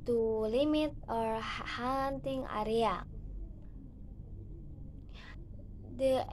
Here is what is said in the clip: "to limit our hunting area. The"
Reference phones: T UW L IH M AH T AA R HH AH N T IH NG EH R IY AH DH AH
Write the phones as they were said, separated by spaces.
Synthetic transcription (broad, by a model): T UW L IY M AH T AA R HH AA N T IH NG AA R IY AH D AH